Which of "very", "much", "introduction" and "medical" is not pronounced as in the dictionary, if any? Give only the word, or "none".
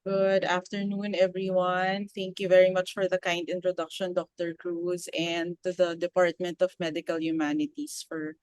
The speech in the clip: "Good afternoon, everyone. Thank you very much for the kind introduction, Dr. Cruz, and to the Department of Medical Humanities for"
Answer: none